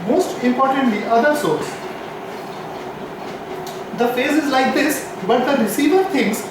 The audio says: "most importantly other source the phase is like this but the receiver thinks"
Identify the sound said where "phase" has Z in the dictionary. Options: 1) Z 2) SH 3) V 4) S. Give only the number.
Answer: 1